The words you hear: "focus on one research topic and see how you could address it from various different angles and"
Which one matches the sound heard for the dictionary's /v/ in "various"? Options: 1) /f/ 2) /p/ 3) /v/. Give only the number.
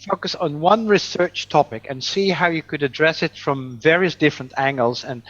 3